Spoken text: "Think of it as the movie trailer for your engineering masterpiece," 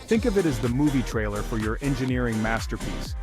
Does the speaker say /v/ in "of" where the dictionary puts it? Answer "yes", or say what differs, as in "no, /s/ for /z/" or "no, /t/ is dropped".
yes